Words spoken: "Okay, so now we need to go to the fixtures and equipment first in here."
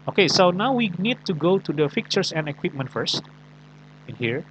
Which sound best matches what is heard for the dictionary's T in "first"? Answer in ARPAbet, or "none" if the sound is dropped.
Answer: T